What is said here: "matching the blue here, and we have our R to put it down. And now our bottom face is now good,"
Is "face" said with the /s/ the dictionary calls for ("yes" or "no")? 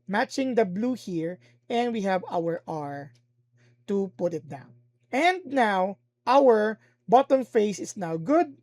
yes